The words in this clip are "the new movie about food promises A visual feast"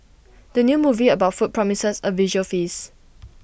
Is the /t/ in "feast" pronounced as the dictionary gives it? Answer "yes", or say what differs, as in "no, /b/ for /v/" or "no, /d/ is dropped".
no, /t/ is dropped